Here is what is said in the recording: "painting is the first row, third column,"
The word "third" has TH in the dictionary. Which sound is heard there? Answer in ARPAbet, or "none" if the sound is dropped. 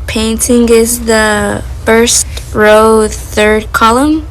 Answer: TH